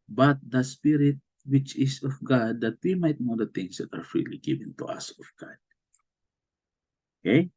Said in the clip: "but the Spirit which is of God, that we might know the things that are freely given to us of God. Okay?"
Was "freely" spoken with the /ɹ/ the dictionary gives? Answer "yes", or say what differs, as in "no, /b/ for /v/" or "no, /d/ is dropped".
yes